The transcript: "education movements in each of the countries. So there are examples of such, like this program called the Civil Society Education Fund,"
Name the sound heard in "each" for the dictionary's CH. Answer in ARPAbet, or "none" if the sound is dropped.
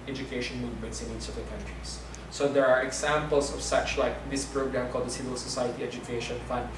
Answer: S